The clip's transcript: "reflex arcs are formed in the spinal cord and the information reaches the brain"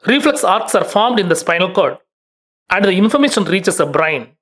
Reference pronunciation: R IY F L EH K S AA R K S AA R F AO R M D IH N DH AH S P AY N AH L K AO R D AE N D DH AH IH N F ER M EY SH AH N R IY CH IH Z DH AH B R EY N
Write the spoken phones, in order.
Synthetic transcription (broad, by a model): R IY F L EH K S AA R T S AA R F AO R M D IH N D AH S P AY N AH L K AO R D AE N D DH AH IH N F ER M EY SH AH N R IY CH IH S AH B R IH N